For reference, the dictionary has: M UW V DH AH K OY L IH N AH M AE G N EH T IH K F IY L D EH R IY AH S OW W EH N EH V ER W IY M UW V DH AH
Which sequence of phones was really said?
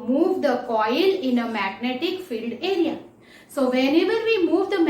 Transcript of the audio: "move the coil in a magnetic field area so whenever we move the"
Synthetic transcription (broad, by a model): M UW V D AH K OY L IH N AH M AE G N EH T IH K F IY L D EH R IY AH S OW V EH N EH V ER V IY M UW V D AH